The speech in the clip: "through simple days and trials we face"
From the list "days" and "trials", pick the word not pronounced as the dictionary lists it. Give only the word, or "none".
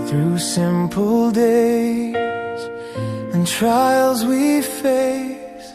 none